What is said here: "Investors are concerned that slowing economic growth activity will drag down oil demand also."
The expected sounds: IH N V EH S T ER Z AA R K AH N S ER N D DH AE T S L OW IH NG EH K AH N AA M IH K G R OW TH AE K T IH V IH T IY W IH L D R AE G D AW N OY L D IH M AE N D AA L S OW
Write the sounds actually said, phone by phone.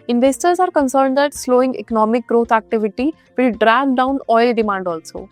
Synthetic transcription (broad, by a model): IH N V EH S T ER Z AA R K AH N S ER N D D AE T S L OW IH NG EH K AH N AA M IH K G R OW T AE K T IH V IH T IY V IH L D R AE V D AW N OY L D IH M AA N D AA L S OW